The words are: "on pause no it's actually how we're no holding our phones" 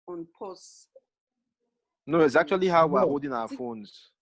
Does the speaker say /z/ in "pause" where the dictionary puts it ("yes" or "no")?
no